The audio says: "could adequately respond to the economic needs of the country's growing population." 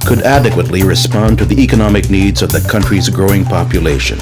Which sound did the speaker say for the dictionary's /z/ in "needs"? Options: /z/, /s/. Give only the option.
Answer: /z/